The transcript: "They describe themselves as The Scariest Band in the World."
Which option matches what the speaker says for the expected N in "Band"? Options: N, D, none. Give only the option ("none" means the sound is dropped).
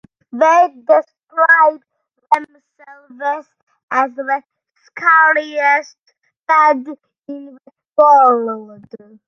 none